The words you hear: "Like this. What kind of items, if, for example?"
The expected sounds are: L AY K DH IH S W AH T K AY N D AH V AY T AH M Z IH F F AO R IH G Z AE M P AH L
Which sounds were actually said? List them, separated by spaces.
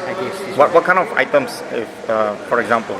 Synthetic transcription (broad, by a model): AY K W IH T W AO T K AY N AH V AY T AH M S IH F F AO R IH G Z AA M P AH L